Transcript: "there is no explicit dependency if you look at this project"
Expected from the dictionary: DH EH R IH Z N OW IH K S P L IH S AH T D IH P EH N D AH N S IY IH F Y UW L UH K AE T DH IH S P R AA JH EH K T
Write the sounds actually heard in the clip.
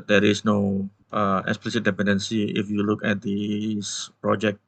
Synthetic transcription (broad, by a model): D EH R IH S N OW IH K S P L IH S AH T D IH P EH N D AH N S IY IH F Y UW L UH K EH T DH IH S P R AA JH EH K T